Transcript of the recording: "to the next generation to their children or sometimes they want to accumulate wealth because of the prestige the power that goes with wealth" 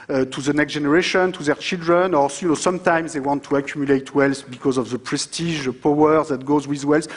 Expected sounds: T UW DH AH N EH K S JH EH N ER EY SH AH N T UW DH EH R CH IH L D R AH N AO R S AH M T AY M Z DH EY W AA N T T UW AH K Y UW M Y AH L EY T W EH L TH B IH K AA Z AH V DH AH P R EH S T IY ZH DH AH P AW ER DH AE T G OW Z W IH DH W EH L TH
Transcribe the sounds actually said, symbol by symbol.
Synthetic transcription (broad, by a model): T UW DH AH N EH K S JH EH N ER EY SH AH N T UW DH EH R CH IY L D R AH N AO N S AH M T AY M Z DH EY W AA N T T UW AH K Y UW M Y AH L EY T W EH L S B IH K AA Z AH V DH AH P R EH S T IY ZH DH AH P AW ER DH AE T G OW Z W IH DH W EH L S